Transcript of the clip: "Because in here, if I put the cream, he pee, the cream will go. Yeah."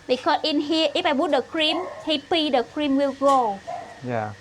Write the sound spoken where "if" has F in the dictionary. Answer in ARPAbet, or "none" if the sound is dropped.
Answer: P